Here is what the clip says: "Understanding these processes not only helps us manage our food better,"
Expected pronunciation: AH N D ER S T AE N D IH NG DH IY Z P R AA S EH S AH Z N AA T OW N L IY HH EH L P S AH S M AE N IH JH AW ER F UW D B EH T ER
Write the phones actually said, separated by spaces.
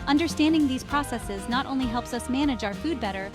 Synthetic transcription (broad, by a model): AH N D ER S T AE N D IH NG DH IY Z P R AA S EH S AH Z N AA T OW N L IY HH EH L P S AH S M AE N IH JH AW ER F UW D B EH T ER